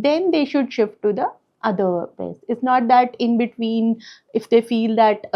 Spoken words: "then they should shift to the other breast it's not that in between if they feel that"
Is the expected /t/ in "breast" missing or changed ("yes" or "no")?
yes